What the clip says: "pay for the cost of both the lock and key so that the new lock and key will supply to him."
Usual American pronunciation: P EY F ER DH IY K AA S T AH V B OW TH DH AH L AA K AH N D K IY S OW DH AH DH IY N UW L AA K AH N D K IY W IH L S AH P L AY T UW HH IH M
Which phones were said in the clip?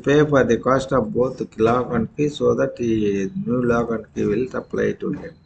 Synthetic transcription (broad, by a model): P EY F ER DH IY K AA S T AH P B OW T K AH L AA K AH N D K IY S OW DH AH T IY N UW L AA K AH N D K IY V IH L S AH P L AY T UW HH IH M